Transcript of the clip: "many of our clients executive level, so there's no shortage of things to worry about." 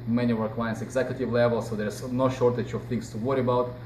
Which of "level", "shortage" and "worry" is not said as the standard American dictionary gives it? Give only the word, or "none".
none